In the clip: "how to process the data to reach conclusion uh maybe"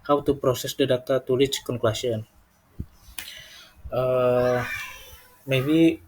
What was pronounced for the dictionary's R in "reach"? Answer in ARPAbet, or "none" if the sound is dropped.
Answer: L